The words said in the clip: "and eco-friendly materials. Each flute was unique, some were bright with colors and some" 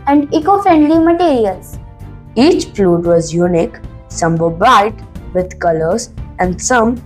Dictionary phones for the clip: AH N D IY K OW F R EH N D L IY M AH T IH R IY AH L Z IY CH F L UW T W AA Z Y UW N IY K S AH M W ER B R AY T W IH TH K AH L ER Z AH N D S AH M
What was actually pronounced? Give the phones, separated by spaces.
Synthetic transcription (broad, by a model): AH N D IY K OW F R EH N D L IY M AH T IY R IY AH L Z IY CH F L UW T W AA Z Y UW N IY K S AH M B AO B AY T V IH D K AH L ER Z AH N D S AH M